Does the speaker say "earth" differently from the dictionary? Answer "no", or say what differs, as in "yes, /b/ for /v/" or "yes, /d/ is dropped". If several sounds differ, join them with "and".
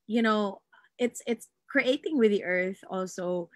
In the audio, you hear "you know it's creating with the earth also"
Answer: no